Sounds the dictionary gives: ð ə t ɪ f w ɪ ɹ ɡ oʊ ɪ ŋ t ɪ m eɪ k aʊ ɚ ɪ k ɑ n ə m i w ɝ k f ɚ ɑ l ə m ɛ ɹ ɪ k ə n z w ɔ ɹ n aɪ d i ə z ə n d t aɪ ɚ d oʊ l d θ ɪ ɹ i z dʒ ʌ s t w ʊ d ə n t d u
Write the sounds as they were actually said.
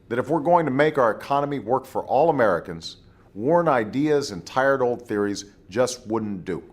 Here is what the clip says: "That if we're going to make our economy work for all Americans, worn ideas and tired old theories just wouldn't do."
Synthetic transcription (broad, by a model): ð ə t ɪ f w ɪ ɹ ɡ oʊ ɪ ŋ t ɪ m eɪ k aʊ ɚ ɪ k ɑ n ə m i w ɝ k f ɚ ɑ l ə m ɛ ɹ ɪ k ə n z w ɔ ɹ n aɪ d i ə z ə n t aɪ ɚ d oʊ l d θ ɪ ɹ i z dʒ ʌ s t w ʊ d n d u